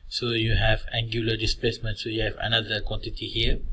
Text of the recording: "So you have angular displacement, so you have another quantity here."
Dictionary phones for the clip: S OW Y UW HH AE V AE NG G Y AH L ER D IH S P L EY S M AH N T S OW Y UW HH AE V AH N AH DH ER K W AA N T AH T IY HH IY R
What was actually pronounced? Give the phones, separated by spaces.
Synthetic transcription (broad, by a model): S OW Y UW HH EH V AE NG G Y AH L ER D IH S P L EY S M AH N T S OW Y UW HH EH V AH N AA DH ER K W AA N T AH T IY HH IY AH